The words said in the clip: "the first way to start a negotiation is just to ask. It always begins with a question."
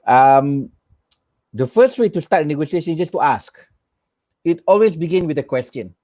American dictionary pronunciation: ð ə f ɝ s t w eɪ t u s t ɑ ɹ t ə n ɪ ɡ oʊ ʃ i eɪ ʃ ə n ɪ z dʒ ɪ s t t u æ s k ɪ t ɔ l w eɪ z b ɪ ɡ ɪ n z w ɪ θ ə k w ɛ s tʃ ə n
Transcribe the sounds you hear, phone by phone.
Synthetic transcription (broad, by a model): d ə f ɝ s t w eɪ t u s t ɑ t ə n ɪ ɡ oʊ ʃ i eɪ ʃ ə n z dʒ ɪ s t t u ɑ s k ɪ t ɔ l w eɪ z b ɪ ɡ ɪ n w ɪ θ ə k w ɛ s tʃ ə n